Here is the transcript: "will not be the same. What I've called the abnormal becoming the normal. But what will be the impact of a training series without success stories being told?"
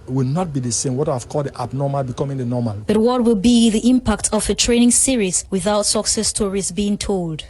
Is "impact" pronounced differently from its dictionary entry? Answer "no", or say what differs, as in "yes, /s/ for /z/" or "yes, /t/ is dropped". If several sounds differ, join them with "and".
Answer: no